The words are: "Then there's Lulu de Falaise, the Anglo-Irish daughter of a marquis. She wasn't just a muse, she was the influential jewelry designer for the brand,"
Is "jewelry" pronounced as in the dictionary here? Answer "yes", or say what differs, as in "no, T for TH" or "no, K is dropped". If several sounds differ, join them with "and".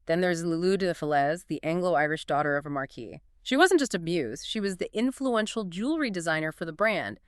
yes